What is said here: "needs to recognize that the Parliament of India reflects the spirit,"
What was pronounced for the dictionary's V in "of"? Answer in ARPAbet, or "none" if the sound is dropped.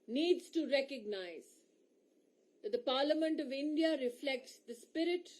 V